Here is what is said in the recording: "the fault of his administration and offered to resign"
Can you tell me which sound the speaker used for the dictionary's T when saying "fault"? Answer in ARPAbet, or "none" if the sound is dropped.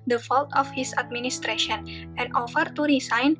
T